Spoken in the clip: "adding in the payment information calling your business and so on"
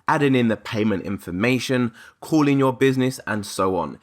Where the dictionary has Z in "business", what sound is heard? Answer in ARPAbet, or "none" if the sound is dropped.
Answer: Z